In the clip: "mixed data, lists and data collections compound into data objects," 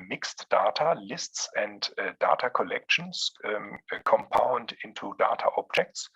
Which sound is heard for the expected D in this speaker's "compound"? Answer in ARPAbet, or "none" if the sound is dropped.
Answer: D